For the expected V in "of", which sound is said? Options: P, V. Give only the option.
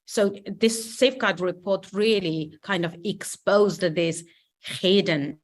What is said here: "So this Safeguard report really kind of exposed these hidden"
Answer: V